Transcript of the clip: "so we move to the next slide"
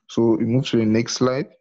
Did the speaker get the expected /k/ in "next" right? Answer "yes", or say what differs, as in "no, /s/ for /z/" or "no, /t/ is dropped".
yes